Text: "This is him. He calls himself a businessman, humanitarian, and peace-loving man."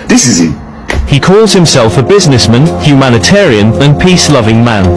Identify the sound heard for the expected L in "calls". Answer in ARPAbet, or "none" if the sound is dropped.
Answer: L